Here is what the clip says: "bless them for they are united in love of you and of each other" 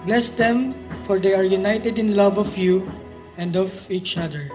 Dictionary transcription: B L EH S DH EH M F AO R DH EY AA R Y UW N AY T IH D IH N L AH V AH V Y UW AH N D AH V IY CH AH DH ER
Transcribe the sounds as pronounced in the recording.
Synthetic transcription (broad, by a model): B L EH S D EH M F AO R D EY AA R Y UW N AY T IH D IH N L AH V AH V Y UW AH N D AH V IY CH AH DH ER